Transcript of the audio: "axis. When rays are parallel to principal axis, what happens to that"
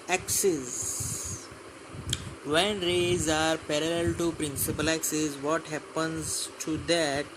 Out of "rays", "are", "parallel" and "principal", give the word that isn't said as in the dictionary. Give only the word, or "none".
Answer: none